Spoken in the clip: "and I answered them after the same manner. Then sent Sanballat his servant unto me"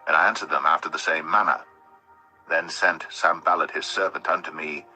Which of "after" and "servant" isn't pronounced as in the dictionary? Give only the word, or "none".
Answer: none